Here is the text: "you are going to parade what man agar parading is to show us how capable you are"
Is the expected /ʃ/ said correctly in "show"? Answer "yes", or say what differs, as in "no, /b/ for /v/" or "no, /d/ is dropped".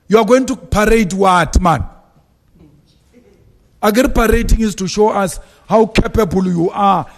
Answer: yes